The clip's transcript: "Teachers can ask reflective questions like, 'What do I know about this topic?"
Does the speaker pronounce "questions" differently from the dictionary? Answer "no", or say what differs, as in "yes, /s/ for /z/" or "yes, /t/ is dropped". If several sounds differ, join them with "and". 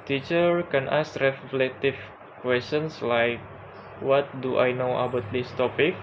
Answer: yes, /s/ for /z/